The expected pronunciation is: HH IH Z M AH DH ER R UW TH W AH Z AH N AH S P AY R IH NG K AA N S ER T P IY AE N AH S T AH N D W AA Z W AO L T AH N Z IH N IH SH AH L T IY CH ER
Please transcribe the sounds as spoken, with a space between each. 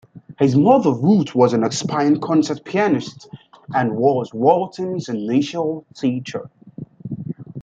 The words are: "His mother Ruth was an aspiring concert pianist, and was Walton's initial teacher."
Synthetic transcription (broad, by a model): HH IH Z M AH DH ER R UW T W AH Z AH N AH S P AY IH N K AA N S ER T P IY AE N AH S T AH N W AA Z W AO L T AH N Z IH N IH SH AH L T IY CH ER